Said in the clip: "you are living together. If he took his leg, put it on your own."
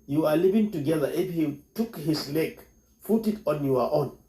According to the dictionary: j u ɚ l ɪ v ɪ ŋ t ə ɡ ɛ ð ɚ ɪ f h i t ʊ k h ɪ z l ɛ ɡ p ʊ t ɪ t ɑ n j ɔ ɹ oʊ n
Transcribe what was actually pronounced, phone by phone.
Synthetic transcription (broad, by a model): j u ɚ l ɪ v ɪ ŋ t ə ɡ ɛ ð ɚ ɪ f h i t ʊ k h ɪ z l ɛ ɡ f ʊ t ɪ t ɑ n j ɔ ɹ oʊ n